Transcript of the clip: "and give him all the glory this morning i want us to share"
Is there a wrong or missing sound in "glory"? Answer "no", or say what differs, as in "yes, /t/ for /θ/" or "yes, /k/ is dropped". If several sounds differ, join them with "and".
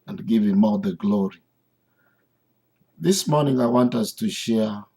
no